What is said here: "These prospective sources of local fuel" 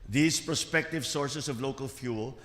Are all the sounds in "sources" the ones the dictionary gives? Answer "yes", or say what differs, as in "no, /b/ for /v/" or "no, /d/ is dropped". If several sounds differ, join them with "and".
no, /s/ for /z/